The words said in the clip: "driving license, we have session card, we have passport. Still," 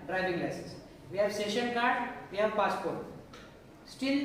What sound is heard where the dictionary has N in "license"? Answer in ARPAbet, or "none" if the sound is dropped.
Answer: none